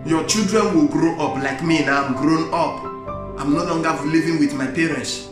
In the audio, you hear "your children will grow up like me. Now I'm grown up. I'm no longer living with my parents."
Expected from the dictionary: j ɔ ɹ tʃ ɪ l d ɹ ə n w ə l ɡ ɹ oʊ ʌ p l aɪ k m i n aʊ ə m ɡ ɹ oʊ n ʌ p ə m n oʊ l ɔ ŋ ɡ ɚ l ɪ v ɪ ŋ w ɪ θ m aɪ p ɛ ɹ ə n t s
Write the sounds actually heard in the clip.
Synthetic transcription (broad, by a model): j ɔ tʃ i l d ɹ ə n w ə l ɡ ɹ oʊ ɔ p l aɪ k m i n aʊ ə m ɡ ɹ oʊ n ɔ p ə m n oʊ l ɔ ŋ ɡ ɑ l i v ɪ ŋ w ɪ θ m aɪ p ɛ ɹ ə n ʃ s